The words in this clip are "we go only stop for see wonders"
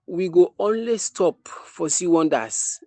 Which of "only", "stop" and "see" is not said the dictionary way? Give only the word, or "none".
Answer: none